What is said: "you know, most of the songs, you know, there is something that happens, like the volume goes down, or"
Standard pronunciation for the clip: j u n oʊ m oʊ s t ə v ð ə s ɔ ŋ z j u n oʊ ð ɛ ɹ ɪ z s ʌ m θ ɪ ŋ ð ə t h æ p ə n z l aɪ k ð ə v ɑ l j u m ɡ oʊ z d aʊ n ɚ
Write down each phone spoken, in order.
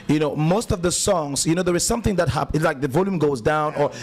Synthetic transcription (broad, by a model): j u n oʊ m oʊ s t ə v ð ə s ɔ ŋ z j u n oʊ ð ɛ ɹ ɪ z s ʌ m θ ɪ ŋ ð ə t h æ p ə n l aɪ k ð ə v ɑ l j u m ɡ oʊ z d aʊ n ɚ